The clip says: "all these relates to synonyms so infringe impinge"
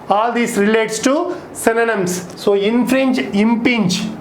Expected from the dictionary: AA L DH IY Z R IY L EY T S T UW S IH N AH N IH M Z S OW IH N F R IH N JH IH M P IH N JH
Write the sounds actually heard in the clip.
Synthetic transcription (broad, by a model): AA L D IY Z R IY L EY T S T UW S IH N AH N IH M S S OW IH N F R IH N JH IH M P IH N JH